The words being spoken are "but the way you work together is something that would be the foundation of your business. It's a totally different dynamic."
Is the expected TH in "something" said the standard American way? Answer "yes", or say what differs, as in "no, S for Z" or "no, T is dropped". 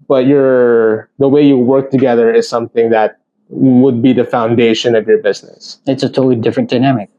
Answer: yes